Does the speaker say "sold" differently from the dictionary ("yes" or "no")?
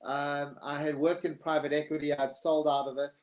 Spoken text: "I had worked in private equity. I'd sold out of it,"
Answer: no